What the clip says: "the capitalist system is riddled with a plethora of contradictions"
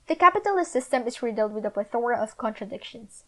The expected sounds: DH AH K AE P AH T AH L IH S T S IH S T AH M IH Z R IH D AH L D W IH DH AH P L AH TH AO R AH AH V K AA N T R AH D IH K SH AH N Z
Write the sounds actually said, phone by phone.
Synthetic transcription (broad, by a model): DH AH K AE P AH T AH L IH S S IH S T AH M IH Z R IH D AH L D W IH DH AH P AH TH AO R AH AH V K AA N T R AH D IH K SH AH N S